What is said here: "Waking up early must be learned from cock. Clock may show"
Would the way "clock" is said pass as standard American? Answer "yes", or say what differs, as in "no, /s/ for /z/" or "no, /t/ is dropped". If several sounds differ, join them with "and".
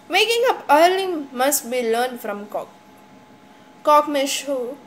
no, /l/ is dropped